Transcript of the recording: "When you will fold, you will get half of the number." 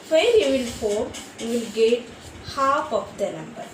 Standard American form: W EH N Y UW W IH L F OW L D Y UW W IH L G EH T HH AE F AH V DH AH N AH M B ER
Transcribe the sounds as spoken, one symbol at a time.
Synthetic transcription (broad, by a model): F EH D Y UW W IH L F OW D Y UW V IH L G EH T HH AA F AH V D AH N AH M B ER